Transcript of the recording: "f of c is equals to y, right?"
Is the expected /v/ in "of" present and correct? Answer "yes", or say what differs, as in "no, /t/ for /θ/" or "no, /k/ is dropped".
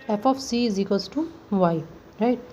no, /p/ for /v/